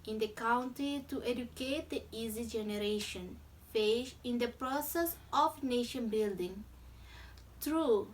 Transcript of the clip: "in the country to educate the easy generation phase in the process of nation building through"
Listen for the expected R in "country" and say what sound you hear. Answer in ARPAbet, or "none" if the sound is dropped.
none